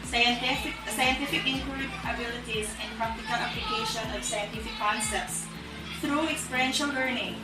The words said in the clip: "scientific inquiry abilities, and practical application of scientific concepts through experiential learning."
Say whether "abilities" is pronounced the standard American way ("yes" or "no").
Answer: yes